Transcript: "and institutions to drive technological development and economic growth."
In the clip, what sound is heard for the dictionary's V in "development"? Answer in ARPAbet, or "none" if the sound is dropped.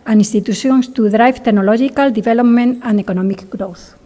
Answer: B